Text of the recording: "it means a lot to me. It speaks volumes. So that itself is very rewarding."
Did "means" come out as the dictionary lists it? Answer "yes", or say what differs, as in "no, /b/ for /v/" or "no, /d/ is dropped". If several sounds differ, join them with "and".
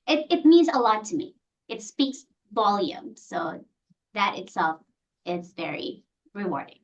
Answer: yes